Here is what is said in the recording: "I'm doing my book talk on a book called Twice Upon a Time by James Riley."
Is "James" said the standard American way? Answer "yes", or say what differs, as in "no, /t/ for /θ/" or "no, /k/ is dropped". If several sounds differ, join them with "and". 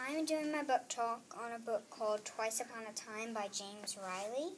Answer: yes